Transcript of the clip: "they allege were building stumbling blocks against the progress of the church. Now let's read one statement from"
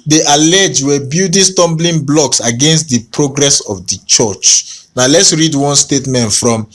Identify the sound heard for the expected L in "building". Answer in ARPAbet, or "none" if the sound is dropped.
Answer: none